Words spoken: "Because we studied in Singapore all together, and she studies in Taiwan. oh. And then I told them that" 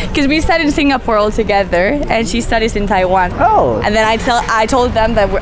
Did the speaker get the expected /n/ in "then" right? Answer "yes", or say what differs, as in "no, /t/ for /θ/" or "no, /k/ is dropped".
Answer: no, /n/ is dropped